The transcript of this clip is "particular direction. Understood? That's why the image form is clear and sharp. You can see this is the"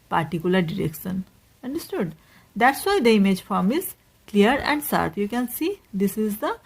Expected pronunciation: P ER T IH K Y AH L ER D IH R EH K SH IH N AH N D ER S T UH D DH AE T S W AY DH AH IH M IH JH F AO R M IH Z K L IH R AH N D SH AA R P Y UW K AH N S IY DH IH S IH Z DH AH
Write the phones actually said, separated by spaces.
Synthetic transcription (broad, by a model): P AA T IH K Y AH L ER D IH R EH K SH IH N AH N D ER S T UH D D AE T S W AY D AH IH M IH JH F AO R M IH Z K L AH R AH N D S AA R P Y UW K AH N S IY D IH S IH Z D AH